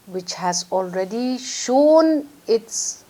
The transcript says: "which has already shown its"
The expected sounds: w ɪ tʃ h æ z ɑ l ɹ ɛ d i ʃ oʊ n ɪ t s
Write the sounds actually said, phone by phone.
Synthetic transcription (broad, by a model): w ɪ tʃ h æ z ɑ l ɹ ɛ d i ʃ oʊ n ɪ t s